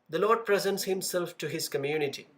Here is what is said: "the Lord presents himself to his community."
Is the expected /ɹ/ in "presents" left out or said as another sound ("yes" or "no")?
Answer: no